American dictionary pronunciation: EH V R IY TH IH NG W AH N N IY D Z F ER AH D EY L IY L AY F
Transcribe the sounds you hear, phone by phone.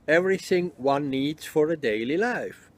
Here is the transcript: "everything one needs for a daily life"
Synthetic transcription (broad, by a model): EH V R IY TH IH NG W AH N N IY D Z F ER AH D EY L IY L AY F